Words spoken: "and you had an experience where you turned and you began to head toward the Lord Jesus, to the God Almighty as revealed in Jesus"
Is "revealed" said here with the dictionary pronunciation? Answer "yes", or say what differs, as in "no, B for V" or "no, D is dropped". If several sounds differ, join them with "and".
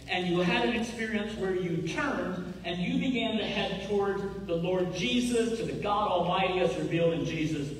yes